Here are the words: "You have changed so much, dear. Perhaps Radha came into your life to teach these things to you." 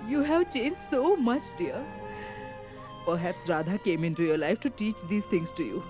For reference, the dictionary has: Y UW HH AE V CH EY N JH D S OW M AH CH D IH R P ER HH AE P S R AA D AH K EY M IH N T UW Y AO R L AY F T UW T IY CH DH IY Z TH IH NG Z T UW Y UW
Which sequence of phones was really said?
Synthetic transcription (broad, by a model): Y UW HH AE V CH EY N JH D S OW M AH CH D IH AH P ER HH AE P S R AA D AH K EY M IH N T UW Y AO R L AY F T UW T IY CH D IY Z T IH NG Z T UW Y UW